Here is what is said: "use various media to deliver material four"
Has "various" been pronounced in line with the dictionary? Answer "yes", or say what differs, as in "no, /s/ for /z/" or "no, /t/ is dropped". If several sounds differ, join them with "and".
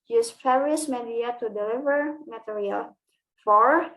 no, /f/ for /v/